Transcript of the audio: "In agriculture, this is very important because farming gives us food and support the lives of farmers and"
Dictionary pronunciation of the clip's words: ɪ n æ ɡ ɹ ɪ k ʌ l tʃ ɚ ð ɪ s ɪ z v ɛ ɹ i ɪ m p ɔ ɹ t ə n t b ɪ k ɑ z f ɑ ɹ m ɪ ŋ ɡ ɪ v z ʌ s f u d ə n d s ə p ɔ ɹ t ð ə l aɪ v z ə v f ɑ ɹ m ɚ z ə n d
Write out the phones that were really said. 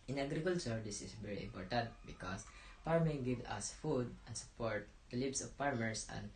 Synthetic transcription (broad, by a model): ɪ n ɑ ɡ ɹ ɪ k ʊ l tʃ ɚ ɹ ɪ s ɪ s v ɛ ɹ i ɪ m p ɔ ɹ t ə n t b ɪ k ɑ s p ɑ ɹ m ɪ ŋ ɡ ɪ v ʌ s f u d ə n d s ə p ɔ ɹ t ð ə l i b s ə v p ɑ ɹ m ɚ s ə n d